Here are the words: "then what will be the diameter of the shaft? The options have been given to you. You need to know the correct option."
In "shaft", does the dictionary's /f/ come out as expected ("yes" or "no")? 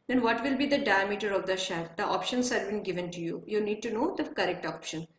no